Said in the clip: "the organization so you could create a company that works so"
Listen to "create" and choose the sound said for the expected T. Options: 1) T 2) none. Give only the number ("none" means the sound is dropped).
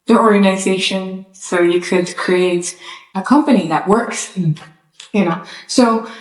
1